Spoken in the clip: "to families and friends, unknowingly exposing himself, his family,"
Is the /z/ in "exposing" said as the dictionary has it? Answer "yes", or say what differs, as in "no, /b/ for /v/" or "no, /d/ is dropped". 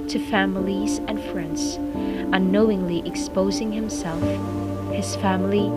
yes